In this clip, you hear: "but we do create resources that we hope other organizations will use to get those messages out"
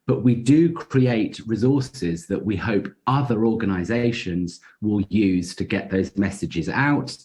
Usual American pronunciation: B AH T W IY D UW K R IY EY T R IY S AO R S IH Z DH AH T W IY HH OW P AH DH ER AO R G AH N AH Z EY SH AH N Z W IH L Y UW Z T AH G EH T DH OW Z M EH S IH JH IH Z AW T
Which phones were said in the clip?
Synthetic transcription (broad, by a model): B AH T W IY D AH K R IY EY T R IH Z AO S IH Z DH AH T W IY HH OW P AH DH ER AO G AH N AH Z EY SH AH N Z W IH L Y UW Z T AH G EH T DH OW Z M EH S IH JH IH Z AW T